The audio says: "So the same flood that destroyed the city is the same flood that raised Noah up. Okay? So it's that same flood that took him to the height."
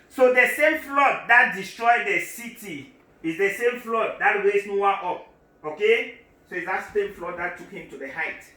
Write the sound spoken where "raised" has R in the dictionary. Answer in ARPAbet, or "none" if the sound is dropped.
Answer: W